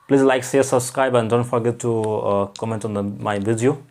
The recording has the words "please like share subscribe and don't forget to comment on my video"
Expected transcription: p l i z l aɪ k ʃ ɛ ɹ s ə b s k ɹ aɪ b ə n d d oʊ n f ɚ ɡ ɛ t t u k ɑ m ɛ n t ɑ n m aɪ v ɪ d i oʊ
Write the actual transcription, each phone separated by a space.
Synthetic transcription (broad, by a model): p l i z l aɪ k s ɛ s ə b s k ɹ aɪ b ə n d d oʊ n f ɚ ɡ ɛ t t u k ɑ m ɛ n t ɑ n m aɪ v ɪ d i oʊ